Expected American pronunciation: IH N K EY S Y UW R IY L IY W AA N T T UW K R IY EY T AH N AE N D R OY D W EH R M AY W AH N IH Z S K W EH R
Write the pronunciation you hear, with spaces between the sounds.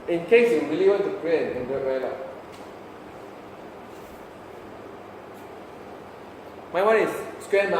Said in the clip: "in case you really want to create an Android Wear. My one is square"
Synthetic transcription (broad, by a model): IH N K EY S Y UW R IY L IY W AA N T T UW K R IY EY AH N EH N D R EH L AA M AY W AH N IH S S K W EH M